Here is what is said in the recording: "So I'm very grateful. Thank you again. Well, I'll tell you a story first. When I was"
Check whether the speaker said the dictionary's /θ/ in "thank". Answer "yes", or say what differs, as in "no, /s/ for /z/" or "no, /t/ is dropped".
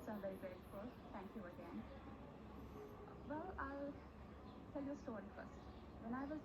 no, /t/ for /θ/